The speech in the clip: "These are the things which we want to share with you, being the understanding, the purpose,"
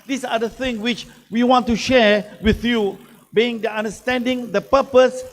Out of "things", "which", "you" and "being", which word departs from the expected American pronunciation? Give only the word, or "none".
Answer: things